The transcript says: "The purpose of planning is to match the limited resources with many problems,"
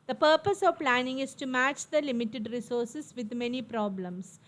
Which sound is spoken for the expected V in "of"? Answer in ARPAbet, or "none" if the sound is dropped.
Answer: V